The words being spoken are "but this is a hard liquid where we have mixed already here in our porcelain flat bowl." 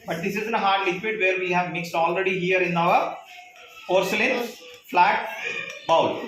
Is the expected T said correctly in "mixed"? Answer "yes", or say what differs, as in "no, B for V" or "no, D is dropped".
yes